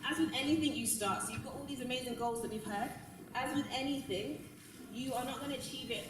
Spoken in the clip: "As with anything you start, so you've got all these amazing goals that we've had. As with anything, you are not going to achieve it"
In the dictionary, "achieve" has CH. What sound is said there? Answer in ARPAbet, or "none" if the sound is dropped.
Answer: CH